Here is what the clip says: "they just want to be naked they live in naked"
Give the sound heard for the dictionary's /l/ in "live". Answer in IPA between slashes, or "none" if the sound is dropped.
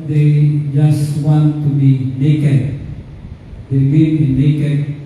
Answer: /w/